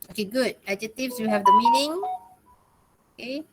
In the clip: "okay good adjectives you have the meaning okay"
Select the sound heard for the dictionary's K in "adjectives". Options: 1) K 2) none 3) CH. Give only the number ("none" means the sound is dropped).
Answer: 2